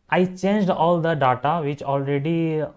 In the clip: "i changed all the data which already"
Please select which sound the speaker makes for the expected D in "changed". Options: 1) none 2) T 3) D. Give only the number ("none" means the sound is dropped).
3